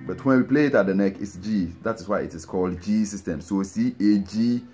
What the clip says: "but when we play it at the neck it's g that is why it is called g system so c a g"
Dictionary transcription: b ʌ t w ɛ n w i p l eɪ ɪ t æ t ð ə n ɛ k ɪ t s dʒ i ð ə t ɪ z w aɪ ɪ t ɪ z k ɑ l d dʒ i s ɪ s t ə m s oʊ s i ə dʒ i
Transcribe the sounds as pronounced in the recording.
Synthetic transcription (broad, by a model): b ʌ t w ɛ n w i p l eɪ ɪ t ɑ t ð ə n ɛ k ɪ t s dʒ i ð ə t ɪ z w aɪ ɪ t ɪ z k ɑ l d dʒ i s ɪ s t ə m s oʊ s i ə dʒ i